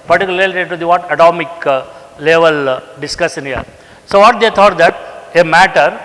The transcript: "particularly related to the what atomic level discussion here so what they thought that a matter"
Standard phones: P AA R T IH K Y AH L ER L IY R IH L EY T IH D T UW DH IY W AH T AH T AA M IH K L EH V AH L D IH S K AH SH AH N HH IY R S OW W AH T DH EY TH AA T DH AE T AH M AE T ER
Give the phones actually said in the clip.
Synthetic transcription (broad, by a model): P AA R T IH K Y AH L L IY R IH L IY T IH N T UW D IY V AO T AH T AA M IH K L EH V AH L D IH S K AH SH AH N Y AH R S OW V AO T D EY T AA T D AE T AH M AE T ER